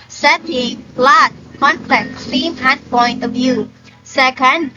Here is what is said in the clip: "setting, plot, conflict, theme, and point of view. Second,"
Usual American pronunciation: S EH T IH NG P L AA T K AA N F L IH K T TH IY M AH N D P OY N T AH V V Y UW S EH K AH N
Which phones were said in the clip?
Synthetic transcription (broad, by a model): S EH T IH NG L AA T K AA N P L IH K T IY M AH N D P OY N T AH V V Y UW S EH K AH N